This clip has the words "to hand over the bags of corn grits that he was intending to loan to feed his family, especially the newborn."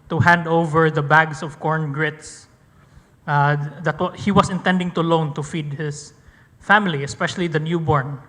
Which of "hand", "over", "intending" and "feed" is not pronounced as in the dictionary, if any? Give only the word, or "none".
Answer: none